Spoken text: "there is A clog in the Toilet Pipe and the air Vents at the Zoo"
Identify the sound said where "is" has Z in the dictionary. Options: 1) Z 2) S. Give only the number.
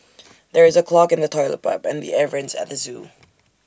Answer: 1